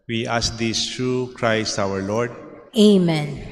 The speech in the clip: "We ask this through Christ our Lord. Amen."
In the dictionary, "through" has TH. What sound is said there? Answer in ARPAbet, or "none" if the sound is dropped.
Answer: T